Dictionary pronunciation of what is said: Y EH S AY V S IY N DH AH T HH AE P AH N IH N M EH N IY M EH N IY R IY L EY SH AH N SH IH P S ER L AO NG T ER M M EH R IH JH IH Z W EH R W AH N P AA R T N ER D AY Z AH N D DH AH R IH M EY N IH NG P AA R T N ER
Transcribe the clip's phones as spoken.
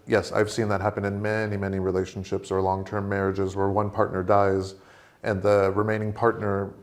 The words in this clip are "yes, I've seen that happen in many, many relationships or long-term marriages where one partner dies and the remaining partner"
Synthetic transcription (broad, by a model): Y EH S AY V S IY N DH AH T HH AE P AH N IH N M EH N IY M EH N IY R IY L EY SH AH N SH IH P S ER L AO NG T ER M M EH R IH JH IH Z W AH R W AH N P AA R T N ER D AY Z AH N DH AH R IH M EY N IH NG P AA R T N ER